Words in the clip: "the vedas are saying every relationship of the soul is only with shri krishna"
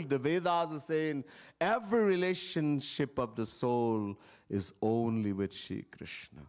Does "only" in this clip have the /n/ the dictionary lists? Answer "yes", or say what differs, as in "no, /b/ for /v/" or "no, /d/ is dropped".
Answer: yes